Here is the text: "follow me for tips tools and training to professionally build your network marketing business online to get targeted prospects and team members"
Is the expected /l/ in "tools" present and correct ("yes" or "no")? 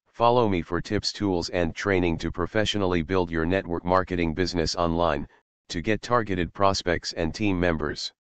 yes